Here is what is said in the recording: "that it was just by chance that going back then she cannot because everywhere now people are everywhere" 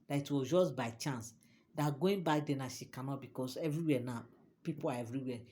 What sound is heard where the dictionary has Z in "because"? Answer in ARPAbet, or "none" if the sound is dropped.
S